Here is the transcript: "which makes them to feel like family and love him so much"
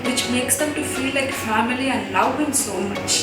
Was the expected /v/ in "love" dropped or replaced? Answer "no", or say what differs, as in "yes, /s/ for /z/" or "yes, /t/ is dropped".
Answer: yes, /w/ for /v/